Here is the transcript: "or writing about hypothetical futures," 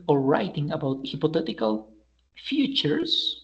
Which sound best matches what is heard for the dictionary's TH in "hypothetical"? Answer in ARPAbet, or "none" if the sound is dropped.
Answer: T